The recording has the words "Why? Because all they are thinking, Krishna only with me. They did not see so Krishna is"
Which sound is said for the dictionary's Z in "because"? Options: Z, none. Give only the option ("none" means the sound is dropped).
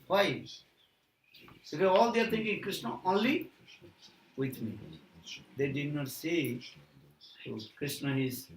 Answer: none